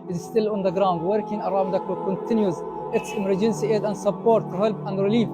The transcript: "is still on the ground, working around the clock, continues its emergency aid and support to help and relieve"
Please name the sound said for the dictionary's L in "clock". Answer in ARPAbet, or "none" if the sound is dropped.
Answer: none